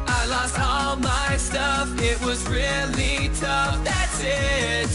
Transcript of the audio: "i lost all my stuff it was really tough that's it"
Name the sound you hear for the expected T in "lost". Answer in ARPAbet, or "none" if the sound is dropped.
T